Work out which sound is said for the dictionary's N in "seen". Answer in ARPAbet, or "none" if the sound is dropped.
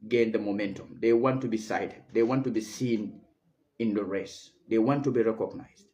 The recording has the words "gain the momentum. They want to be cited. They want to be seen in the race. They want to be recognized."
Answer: N